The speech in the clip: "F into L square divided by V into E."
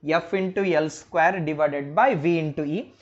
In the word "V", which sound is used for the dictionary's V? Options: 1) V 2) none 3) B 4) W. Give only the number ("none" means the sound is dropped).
1